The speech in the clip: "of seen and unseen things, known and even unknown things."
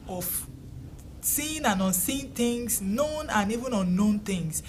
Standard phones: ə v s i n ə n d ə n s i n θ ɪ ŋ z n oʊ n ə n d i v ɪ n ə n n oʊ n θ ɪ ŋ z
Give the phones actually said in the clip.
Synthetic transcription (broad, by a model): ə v s i n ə n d ə n s i n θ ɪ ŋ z n oʊ n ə n i v ɪ n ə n n oʊ n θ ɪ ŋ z